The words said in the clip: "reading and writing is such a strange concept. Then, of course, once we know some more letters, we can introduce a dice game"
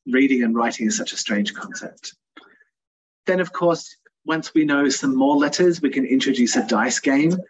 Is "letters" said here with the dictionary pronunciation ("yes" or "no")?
yes